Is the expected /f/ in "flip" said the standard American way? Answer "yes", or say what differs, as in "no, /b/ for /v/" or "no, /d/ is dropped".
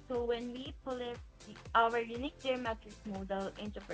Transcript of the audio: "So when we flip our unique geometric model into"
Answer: no, /p/ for /f/